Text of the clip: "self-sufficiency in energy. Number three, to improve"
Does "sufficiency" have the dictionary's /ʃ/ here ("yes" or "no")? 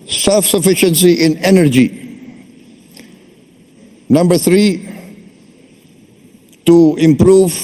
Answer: yes